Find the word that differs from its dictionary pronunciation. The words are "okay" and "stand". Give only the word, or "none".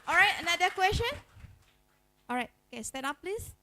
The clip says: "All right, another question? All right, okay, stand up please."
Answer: stand